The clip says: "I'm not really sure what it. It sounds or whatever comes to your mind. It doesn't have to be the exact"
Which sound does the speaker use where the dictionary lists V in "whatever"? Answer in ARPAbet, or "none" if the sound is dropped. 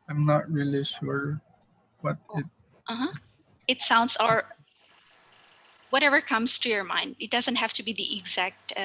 V